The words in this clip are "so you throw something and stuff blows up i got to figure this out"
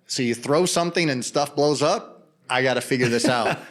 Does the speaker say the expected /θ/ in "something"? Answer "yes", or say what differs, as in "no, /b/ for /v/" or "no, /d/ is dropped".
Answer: yes